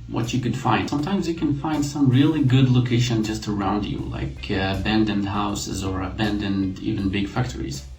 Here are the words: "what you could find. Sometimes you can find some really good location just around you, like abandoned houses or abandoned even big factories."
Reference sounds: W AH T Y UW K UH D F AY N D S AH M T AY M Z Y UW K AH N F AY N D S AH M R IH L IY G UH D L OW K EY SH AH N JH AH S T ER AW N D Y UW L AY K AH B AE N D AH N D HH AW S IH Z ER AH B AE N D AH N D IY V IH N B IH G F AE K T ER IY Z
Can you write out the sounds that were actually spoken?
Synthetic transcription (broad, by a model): W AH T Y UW K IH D F AY N D S AH M T AY M Z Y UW K AH N F AY N D S AH M R IH L IY G UH D L OW K EY SH AH N JH AH S T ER AW N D Y UW L AY K AH B AE N D AH N D HH AW S IH Z ER AH B AE N D AH N D IY V IH N B IH G F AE K T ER IY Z